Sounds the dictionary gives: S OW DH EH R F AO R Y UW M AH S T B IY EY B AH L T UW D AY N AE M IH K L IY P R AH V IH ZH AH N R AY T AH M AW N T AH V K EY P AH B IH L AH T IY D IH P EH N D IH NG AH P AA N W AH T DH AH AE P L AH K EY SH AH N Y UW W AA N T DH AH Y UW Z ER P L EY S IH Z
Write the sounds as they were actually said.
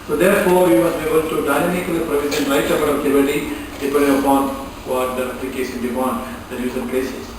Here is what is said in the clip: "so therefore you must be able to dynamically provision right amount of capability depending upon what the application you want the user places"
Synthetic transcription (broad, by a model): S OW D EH R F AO R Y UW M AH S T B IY EY B AH L T UW D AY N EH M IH K L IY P R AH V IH Z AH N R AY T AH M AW T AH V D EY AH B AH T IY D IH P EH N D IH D AH P AA N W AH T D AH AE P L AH K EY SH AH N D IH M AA N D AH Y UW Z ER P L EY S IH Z